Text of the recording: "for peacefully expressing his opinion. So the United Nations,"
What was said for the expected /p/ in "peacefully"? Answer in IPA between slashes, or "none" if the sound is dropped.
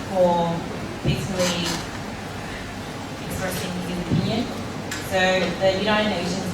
/b/